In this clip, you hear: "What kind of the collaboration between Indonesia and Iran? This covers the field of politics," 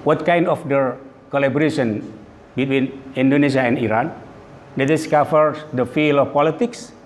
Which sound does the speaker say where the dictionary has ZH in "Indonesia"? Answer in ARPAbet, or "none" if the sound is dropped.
S